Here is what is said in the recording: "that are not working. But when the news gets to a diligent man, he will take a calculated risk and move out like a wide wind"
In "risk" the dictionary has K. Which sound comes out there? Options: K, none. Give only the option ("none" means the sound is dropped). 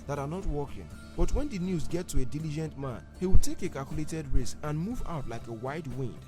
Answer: none